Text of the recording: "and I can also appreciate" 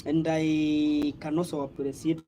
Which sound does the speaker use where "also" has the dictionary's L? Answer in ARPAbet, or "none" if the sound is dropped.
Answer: none